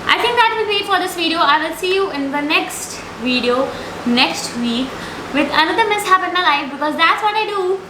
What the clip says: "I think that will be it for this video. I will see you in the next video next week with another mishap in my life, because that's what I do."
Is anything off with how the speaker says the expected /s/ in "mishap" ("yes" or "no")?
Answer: no